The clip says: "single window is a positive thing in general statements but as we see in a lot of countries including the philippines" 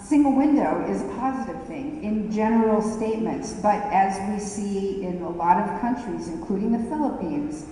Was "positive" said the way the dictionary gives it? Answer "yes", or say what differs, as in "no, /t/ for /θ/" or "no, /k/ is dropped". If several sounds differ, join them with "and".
yes